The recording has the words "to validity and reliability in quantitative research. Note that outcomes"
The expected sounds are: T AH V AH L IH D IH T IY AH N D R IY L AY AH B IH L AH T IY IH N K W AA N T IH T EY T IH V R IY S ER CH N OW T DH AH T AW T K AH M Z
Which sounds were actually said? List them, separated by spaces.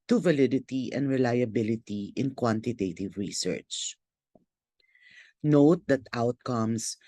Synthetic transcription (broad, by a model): T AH V AH L IH D IH T IY AH N D R IY L AY AH B IH L AH T IY IH N K W AA N T IH T EY T IH V R IY S ER CH N OW T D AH T AW T K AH M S